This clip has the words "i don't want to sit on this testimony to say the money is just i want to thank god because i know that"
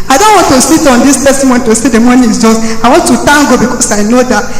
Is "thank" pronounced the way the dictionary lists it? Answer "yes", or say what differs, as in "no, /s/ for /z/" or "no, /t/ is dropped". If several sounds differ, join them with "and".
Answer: no, /t/ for /θ/